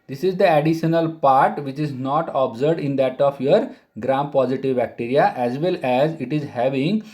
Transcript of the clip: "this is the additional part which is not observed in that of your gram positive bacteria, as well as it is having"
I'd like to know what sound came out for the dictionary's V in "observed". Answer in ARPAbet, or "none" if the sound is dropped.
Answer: none